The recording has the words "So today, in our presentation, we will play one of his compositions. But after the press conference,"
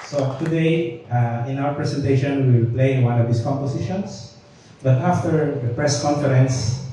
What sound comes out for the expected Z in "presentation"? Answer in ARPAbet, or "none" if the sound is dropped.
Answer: S